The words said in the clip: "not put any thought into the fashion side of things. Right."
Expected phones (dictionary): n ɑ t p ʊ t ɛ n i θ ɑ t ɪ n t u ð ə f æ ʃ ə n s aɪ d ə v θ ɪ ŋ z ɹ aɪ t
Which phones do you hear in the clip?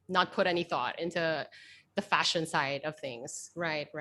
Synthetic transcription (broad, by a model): n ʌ t p ʊ t ɛ n i θ ɑ t ɪ n t u ð ə f æ ʃ ə n s aɪ d ə v θ ɪ ŋ z ɹ aɪ t